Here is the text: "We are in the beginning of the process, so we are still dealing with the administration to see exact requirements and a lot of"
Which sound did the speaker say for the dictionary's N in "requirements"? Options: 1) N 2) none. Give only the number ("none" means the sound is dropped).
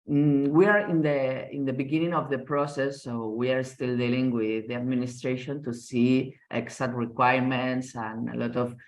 1